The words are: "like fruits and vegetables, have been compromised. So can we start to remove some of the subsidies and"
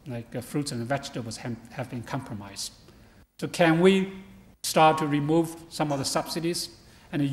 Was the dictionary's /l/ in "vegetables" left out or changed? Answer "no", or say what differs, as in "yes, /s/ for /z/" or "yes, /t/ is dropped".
yes, /l/ is dropped